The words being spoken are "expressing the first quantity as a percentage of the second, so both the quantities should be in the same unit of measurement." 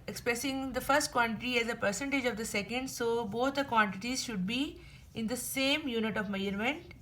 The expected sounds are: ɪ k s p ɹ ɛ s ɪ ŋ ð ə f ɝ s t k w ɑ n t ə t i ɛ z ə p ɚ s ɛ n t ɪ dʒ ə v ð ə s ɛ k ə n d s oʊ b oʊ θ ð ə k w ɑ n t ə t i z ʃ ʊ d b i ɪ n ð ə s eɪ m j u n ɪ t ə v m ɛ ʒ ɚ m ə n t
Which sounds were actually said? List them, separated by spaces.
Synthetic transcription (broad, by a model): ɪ k s p ɹ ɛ s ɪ ŋ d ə f ɝ s t k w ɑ n t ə t i ɛ z ə p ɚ s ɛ n t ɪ dʒ ə v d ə s ɛ k ə n d s oʊ b oʊ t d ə k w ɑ n t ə t i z ʃ ʊ d b i ɪ n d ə s eɪ m j u n ɪ t ə v m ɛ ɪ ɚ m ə n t